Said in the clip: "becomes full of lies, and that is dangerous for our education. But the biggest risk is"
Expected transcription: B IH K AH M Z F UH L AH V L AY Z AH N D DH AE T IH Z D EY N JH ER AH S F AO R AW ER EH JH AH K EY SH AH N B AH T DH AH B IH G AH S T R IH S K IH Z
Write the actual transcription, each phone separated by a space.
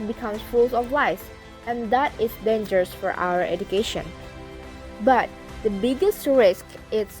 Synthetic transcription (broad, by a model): B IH K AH M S F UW L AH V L AY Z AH N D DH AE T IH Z D EY N JH ER AH S F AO R AW ER EH JH AH K EY SH AH N B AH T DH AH B IH G AH S T R IH S K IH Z